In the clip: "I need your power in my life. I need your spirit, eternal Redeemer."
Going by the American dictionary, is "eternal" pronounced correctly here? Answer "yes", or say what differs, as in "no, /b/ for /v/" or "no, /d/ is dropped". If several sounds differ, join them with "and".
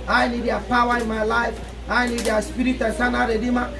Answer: no, /s/ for /t/